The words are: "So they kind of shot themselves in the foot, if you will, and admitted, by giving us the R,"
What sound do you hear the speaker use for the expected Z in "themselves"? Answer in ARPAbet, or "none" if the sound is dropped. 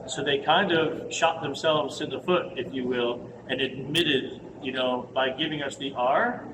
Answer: Z